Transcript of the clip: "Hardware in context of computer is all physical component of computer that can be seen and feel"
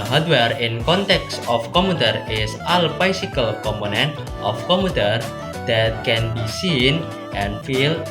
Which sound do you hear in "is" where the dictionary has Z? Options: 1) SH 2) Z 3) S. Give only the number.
3